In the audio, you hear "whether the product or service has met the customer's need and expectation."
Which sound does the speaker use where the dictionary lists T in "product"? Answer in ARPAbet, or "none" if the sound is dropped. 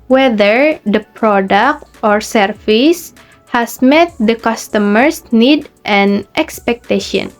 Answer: T